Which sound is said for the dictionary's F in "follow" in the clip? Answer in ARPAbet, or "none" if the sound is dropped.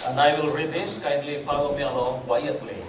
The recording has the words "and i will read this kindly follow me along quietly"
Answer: P